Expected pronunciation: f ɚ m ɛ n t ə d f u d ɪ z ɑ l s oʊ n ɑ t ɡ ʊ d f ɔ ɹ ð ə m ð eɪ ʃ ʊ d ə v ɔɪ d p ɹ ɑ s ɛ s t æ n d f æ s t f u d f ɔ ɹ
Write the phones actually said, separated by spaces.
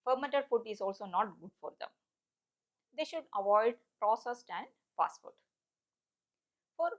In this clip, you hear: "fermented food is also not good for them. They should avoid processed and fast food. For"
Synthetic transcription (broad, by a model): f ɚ m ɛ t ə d f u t ɪ z ɑ l s oʊ n ɑ t ɡ ʊ d f ɔ ɹ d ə m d eɪ ʃ ʊ d ə v ɔɪ d p ɹ ɑ s ɛ s t æ n d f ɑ s t f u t f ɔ ɹ